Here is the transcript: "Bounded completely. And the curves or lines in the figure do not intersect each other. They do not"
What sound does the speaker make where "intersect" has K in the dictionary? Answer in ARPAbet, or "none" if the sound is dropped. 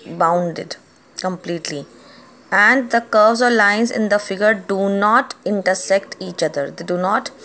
K